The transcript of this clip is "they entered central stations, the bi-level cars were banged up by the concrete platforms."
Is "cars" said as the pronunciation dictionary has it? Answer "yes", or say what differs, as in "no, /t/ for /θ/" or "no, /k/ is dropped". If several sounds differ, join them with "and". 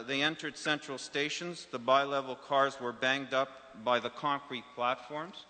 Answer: yes